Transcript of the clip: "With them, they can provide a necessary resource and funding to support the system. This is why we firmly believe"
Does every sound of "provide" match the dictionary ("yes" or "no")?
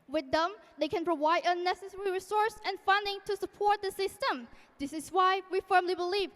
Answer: yes